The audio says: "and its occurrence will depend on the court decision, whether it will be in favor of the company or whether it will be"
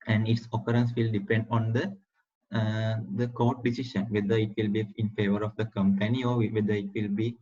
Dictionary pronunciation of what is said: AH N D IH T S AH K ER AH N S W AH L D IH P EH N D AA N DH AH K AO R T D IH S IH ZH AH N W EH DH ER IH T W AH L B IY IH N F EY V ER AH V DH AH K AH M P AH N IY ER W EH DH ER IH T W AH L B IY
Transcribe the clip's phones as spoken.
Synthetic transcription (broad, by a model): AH N D IH T S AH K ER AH N S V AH L D IH P EH N D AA N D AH K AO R T D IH S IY SH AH N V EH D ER IH T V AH L B IY IH N F EY V ER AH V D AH K AH M P AH N IY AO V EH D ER IH T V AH L B IY